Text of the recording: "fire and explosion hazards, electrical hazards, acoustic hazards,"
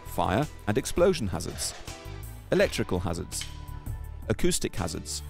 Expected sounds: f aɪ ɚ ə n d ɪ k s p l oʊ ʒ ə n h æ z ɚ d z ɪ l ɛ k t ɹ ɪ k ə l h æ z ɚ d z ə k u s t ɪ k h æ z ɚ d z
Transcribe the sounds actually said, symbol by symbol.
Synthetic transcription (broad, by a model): f aɪ ɚ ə n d ɪ k s p l oʊ ʒ ə n h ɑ z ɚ d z ɪ l ɛ k t ɹ ɪ k ə l h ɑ z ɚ d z ə k u s t ɪ k h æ z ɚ d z